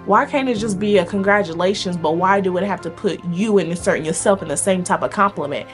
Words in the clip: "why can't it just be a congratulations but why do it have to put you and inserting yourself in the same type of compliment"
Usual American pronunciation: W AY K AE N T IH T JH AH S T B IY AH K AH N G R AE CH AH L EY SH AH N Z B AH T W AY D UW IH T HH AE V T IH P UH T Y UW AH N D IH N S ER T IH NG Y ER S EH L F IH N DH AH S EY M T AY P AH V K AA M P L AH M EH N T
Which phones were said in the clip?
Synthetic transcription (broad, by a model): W AY K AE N IH T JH AH S B IY AH K AH N G R AE CH AH L EY SH AH N Z B AH T W AY D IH IH T HH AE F T IH P UH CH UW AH N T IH S ER T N Y ER S EH L F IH N DH AH S EY M T AY P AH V K AA M P L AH M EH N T